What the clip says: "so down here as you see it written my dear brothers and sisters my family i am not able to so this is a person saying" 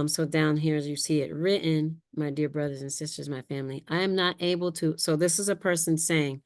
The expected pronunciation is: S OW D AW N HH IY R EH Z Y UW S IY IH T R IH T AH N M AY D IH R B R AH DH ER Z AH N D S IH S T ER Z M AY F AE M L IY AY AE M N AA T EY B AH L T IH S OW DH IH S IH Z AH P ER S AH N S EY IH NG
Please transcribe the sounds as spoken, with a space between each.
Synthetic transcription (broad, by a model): S OW D AW N HH IY R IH Z Y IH S IY IH T R IH T N M AY D IH R B R AH DH ER Z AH N S IH S T ER Z M AY F AE M L IY AY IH M N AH T EY B L T IH S OW DH IH S IH Z AH P ER S AH N S EY IH NG